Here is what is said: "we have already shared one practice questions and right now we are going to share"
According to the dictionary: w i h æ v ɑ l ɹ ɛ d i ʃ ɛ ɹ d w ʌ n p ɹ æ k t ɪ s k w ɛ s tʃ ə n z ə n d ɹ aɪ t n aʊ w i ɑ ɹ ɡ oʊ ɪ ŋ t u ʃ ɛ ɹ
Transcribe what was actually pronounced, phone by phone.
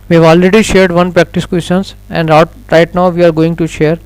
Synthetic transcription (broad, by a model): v i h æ v ɑ l ɹ ɛ d i ʃ ɛ ɹ d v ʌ n p ɹ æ k t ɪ s k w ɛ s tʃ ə n s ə n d ɹ aɪ t n aʊ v i ɑ ɹ ɡ oʊ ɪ ŋ t u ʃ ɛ ɹ